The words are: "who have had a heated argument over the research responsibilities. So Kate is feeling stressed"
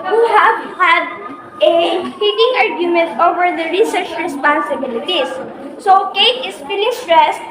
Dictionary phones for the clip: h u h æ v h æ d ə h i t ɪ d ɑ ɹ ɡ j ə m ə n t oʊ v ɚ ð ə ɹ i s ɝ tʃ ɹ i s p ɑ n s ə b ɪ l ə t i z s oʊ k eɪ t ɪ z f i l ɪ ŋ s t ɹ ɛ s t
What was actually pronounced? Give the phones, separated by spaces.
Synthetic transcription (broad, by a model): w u h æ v h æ d ə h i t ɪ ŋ ɑ ɹ ɡ j ə m ə n t oʊ v ɚ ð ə ɹ i s ɝ tʃ ɹ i s p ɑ n s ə b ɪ l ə t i s oʊ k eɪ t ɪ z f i n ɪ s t ɹ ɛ s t